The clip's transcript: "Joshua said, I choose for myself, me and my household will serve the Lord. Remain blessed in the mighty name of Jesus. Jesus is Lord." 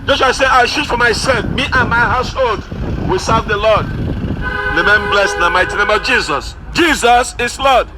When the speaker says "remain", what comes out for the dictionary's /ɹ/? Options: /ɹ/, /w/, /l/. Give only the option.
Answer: /l/